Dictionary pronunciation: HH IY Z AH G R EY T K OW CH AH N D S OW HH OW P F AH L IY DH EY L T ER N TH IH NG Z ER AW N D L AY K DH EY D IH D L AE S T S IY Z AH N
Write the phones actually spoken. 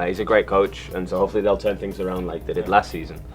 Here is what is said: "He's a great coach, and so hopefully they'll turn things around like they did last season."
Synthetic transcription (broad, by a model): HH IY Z AH G R EY T K OW CH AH N S OW HH OW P F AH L IY DH EY L T ER N TH IH NG Z ER AW N D L AY K DH EY D IH D L AE S T S IY Z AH N